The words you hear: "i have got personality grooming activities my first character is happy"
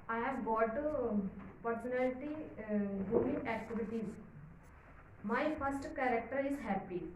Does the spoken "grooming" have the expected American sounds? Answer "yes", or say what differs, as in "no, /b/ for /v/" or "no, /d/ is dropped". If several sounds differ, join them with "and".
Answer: no, /ɹ/ is dropped